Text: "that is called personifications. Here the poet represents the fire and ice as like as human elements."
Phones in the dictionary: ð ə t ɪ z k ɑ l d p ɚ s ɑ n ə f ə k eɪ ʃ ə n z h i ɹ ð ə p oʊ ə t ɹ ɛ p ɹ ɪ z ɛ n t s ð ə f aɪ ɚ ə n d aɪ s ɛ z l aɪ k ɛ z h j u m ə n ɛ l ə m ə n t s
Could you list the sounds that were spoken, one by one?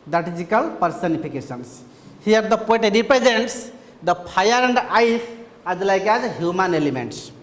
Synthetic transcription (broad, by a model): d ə t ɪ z k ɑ l p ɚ s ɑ n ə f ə k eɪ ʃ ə n s h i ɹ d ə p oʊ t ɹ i p ɹ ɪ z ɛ n t s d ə p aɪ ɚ ə n d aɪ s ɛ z l aɪ k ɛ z h j u m ə n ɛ l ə m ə n t s